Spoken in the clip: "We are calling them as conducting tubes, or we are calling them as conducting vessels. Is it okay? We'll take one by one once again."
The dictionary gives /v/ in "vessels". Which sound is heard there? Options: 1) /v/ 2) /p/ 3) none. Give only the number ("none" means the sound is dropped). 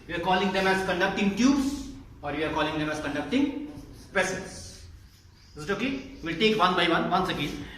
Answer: 2